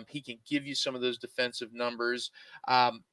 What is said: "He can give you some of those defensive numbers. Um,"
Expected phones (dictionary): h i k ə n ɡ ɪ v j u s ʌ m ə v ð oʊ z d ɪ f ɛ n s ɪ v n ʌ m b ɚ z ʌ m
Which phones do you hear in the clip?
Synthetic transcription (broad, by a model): h i k ə n ɡ ɪ v j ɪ s ʌ m ə v ð oʊ z d ɪ f ɛ n s ɪ v n ʌ m b ɚ z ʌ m